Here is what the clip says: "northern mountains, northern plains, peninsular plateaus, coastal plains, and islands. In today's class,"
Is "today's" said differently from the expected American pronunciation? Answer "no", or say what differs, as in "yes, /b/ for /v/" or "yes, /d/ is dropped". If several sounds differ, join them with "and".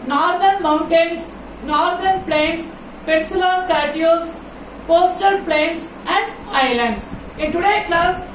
yes, /z/ is dropped